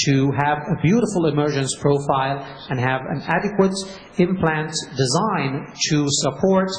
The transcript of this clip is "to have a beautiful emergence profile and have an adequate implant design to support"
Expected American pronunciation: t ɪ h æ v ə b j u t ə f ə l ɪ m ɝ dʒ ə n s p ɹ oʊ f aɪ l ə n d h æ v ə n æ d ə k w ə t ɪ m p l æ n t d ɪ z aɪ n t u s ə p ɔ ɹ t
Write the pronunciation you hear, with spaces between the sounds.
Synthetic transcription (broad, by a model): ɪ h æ v ə b j u t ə f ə l ɪ m ɝ dʒ ə n s p ɹ oʊ f aɪ l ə n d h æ v ə n æ d ə k w ə t ɪ m p l æ n t d ɪ z aɪ n t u s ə p ɔ ɹ t